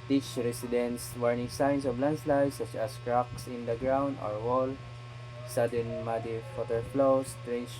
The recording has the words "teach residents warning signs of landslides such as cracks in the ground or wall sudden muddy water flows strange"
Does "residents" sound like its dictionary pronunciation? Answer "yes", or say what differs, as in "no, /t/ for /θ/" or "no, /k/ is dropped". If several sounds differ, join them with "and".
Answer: no, /s/ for /z/